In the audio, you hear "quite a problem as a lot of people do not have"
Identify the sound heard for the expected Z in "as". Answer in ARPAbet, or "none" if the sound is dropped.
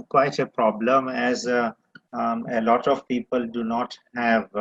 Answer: Z